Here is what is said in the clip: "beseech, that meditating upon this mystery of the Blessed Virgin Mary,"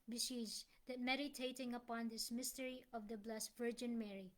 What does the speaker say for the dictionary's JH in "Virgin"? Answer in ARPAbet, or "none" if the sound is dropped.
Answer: JH